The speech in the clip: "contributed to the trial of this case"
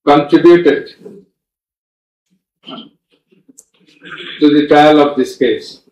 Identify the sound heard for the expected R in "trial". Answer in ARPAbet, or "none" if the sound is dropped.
none